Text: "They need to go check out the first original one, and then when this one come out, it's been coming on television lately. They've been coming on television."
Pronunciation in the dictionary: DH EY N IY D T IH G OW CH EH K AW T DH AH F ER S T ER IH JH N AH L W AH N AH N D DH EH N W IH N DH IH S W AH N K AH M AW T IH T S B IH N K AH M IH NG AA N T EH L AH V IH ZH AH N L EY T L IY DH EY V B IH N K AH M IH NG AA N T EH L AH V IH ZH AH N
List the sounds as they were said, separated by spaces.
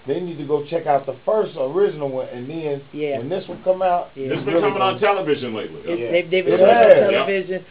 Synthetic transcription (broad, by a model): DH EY N IY D T IH G OW CH EH K AW T DH AH F ER S T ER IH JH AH N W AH N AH N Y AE W IH N DH IH S W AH L K AH M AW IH T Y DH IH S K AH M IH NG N T EH L AH V IH ZH AH N L EY T L IY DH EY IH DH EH IH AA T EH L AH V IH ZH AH N